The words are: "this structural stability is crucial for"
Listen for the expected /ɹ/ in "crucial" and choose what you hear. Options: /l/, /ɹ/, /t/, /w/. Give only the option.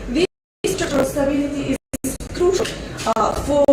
/ɹ/